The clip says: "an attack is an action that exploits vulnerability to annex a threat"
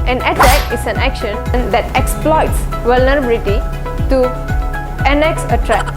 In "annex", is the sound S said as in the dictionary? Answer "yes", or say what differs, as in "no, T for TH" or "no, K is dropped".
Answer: yes